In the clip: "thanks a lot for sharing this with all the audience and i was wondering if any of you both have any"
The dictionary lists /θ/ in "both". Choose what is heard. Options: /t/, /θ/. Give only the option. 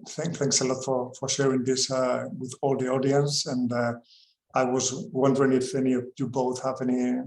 /θ/